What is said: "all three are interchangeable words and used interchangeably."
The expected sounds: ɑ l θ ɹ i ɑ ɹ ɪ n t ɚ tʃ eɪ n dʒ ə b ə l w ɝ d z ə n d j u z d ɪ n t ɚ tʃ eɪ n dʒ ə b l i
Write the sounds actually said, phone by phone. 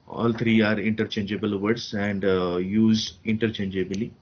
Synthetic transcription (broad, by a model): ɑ l t ɹ i ɑ ɹ ɪ n t ɚ tʃ eɪ n dʒ ə b ə l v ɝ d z ə n d j u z ɪ n t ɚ tʃ eɪ n dʒ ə b l i